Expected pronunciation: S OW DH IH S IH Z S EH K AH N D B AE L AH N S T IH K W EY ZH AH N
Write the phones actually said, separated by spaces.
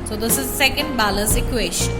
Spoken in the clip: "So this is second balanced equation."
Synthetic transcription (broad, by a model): S OW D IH S IH Z S EH K AH N D B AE L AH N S IH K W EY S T